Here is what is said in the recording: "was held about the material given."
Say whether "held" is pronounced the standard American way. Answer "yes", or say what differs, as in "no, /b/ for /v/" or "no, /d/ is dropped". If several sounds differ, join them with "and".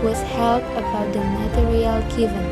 no, /d/ is dropped